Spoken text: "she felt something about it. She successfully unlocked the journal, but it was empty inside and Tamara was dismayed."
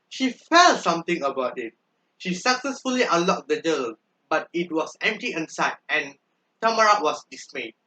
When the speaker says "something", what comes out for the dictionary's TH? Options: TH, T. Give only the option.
T